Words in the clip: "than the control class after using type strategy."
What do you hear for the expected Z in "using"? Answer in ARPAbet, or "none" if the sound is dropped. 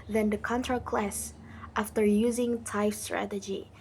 Z